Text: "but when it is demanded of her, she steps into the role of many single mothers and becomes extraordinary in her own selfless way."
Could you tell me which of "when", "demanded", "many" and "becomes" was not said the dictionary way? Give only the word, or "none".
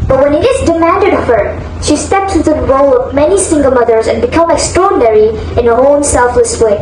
becomes